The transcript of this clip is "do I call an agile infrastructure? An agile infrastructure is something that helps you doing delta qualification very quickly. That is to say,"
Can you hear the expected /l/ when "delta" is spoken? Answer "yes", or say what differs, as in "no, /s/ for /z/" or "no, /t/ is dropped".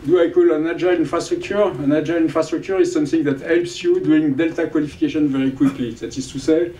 yes